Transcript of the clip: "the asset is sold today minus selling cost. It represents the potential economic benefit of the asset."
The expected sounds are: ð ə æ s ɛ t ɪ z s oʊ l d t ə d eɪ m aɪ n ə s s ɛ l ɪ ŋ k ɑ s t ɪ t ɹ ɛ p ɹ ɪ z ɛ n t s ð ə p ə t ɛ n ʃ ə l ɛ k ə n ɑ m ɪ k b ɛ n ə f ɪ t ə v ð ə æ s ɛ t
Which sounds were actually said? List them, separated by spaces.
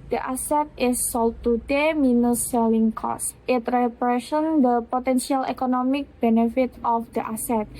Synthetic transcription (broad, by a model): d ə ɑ s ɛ t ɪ s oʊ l t ə d eɪ m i n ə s s ɛ l ɪ ŋ k ɑ s t ɪ t ɹ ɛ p ɹ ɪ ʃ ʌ n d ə p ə t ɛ n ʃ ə l ɛ k ə n ɑ m ɪ k b ɛ n ə f ɪ t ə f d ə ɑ s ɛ t